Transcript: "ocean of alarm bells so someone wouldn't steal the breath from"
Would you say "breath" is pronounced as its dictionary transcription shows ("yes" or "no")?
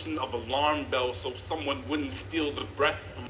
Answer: yes